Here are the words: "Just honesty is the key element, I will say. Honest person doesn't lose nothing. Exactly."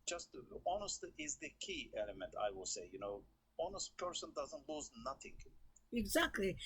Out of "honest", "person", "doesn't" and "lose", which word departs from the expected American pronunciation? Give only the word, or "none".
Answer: none